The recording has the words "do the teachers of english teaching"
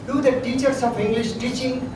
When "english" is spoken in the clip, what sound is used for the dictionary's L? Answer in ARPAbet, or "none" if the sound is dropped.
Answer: L